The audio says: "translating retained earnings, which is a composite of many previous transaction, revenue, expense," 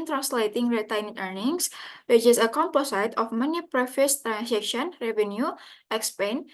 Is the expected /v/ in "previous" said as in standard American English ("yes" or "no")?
no